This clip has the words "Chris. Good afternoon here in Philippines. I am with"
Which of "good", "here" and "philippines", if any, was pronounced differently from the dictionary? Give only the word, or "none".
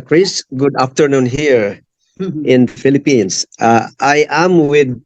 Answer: philippines